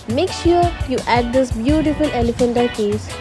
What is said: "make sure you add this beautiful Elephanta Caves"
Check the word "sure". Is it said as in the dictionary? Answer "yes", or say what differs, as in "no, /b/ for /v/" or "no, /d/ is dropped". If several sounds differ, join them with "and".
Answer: yes